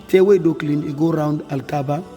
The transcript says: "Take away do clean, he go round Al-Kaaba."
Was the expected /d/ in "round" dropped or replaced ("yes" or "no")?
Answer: no